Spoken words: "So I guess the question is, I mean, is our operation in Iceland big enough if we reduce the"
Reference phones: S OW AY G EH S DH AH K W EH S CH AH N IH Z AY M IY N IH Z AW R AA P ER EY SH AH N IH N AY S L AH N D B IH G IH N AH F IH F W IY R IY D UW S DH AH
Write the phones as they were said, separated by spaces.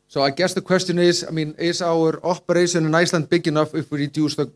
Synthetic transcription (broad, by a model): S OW AY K EH S DH AH K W EH S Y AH N IH S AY M IY N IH S AW R AA P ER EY S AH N IH N AY S L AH N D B IH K IH N AH F IH F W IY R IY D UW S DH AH